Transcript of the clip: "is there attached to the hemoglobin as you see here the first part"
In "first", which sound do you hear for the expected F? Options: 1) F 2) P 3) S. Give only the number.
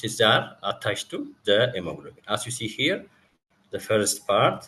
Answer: 1